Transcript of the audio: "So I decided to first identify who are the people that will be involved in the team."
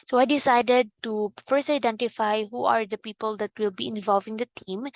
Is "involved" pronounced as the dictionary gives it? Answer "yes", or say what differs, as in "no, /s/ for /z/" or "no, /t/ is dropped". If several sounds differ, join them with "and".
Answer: no, /d/ is dropped